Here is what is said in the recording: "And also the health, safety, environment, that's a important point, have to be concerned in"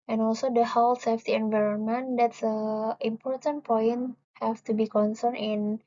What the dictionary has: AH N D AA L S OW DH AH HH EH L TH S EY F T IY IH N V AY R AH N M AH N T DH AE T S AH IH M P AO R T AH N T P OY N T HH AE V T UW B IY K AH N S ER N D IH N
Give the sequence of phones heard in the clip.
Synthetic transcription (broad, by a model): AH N AA L S OW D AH HH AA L S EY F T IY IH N V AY R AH N M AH N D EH T S AH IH M P AO R T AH N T P OY N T HH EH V T UW B IY K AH N S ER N IH N